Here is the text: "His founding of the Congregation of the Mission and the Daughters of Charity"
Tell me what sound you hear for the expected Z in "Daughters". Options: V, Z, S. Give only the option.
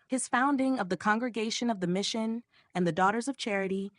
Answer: Z